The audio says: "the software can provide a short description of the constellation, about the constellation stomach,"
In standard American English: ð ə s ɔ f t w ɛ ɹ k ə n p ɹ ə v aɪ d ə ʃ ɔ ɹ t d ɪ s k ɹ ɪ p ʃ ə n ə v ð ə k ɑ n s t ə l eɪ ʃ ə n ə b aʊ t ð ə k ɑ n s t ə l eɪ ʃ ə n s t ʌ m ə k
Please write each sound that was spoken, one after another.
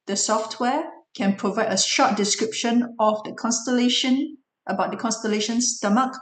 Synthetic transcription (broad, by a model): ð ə s ɔ f t w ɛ k ə n p ɹ ə v aɪ d ə ʃ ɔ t d ɪ s k ɹ ɪ p ʃ ə n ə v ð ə k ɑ n s t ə l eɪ ʃ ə n ə b aʊ t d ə k ɑ n s t ə l eɪ ʃ ə n s t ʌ m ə k